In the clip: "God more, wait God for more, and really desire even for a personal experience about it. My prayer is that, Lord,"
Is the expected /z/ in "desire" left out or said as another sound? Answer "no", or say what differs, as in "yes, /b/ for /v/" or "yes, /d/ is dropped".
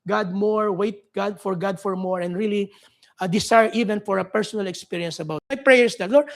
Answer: yes, /s/ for /z/